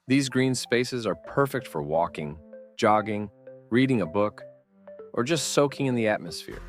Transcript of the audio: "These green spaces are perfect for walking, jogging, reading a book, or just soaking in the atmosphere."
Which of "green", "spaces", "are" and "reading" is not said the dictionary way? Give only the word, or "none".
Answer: none